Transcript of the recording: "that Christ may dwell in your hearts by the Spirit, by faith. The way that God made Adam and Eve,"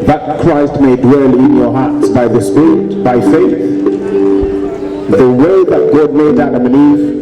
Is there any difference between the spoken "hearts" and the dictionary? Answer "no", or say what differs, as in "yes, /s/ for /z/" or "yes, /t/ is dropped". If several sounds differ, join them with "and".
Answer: no